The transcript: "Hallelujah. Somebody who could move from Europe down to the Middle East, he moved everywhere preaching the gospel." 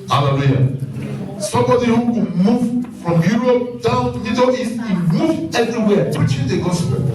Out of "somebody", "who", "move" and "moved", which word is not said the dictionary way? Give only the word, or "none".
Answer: moved